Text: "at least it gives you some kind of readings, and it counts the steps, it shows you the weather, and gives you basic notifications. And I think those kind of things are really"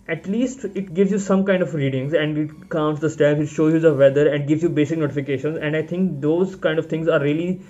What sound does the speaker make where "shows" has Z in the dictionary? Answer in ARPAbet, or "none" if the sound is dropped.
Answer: none